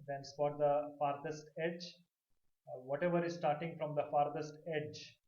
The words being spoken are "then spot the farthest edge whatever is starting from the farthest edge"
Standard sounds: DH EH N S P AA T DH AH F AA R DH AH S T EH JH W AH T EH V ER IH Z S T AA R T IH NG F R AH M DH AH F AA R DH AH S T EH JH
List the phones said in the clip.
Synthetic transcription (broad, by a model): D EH N S F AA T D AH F AA R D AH S T EH JH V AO T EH V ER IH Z S T AA R T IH NG F R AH M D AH F AA R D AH S T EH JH